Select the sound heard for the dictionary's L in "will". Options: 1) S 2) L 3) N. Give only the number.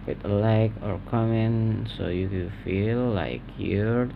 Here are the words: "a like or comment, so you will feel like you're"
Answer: 3